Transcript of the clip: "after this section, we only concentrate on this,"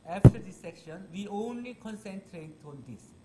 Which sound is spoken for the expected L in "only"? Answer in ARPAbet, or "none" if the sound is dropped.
L